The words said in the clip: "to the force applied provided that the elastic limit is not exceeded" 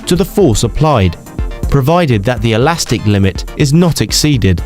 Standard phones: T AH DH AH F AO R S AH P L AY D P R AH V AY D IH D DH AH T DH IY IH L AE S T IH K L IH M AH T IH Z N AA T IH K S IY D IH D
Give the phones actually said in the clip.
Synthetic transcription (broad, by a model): T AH DH AH F AO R S AH P L AY D P R AH V AY D IH D DH AH T DH IY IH L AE S T IH K L IH M AH T IH Z N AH T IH K S IY D IH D